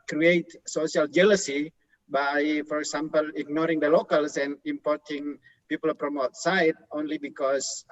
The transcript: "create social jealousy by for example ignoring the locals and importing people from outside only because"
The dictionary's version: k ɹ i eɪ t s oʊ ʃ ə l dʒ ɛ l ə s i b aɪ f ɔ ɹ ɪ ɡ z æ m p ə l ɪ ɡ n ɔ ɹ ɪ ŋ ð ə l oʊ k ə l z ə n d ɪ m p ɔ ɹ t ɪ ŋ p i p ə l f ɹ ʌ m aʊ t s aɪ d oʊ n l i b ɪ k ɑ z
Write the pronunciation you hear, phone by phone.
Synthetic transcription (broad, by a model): k ɹ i eɪ t s oʊ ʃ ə l dʒ ɛ l ə s i b aɪ f ɔ ɹ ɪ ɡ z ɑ m p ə l ɪ ɡ n ɔ ɹ ɪ ŋ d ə l oʊ k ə l s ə n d ɪ m p ɔ ɹ t ɪ ŋ p i p ə l p ɹ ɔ m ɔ t s aɪ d oʊ n l i b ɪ k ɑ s